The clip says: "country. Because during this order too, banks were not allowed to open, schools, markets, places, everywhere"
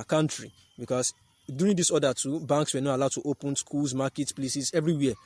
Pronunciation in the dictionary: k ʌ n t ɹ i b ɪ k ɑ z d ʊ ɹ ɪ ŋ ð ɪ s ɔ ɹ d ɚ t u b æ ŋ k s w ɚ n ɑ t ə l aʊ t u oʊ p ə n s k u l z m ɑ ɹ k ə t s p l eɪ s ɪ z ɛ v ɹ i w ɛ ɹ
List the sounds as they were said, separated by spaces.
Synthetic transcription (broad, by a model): k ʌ n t ɹ i b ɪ k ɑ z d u ɹ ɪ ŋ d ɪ s ɔ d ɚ t u b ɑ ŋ k s w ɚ n ɑ t ə l aʊ t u oʊ p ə n s k u l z m ɑ k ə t p l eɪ s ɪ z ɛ v ɹ i w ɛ